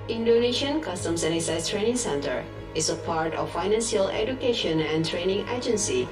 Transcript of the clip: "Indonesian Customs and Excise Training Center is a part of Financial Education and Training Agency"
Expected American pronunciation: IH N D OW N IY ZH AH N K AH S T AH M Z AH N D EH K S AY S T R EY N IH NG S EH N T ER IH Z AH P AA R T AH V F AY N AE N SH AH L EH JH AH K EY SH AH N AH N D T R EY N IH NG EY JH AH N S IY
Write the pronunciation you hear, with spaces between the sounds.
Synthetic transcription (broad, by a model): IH N D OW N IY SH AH N K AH S T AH M S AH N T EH S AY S T R EY N IH NG S EH N T ER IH S AH P AA R T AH F F AY N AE N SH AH L EH JH AH K EY SH AH N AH N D T R EY N IH NG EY JH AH N S IY